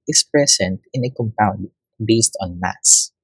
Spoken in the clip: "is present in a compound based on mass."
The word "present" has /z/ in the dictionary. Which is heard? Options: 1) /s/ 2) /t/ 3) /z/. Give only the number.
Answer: 1